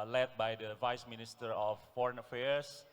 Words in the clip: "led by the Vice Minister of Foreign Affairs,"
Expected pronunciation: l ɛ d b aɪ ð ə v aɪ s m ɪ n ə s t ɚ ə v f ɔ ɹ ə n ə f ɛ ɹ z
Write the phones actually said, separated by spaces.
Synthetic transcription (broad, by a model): l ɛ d b aɪ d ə v aɪ s m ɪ n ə s t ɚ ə f ɔ ɹ ə n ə f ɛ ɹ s